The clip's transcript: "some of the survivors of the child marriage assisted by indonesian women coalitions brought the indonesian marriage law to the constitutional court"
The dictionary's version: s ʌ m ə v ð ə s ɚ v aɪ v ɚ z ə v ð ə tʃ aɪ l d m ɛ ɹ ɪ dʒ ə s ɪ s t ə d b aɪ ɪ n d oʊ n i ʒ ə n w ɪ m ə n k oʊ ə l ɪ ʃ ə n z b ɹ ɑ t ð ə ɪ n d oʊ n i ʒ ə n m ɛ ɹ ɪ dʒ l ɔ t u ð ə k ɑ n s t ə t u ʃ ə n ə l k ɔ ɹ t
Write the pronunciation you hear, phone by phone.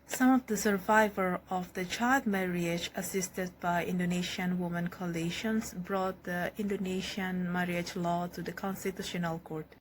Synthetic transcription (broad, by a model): s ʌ m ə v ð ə s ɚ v aɪ v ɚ ə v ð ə tʃ aɪ l d m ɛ ɹ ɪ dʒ ə s ɪ s t ə d b aɪ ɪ n d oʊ n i ʃ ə n w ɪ m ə n k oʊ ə l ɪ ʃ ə n s b ɹ ɑ t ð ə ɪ n d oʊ n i ʃ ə n m ɛ ɹ ɪ dʒ l ɔ t u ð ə k ɑ n s t ə t u ʃ ə n ə l k ɔ ɹ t